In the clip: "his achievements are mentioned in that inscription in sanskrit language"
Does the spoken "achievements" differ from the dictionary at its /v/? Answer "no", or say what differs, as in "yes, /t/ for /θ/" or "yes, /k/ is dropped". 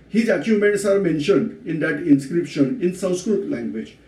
yes, /v/ is dropped